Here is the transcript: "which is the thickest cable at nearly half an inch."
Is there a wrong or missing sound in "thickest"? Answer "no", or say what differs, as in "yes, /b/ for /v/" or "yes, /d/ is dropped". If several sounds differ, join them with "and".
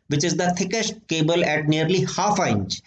yes, /t/ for /θ/